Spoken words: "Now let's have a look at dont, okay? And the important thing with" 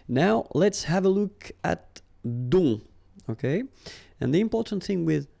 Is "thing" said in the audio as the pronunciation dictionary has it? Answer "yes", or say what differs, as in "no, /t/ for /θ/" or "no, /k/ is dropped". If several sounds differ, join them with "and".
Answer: yes